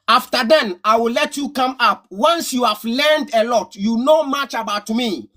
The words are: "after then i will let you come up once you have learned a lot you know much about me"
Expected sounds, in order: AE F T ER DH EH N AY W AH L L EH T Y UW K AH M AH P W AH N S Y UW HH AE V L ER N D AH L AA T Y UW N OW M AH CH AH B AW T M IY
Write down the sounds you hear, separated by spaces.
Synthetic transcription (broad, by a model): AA F T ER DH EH N AY W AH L L EH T Y UW K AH M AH P W AH N S Y UW HH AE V L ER N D AH L AA T Y UW N OW M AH CH AH B AW T M IY